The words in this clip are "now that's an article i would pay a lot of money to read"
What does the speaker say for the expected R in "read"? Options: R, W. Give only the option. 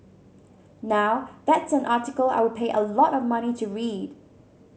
R